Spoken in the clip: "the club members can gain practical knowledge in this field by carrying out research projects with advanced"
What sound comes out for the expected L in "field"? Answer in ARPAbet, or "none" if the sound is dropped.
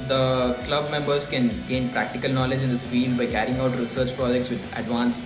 L